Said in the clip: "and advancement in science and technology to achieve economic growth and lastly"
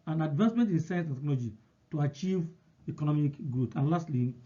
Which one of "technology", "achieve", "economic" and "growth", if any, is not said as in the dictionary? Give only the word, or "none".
growth